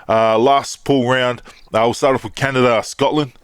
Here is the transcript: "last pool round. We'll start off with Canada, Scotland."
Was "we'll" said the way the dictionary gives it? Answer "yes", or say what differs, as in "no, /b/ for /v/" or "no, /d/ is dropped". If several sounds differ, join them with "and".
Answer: no, /w/ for /l/